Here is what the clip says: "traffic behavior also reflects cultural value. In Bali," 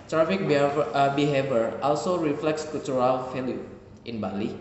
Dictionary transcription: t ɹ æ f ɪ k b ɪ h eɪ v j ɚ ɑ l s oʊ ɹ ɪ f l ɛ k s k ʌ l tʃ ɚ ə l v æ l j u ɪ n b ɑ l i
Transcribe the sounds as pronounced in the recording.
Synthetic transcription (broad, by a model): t ɹ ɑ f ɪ k b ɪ h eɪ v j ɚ ɑ l s oʊ ɹ ɪ f l ɛ k s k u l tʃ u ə l f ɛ l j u ɪ n b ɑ l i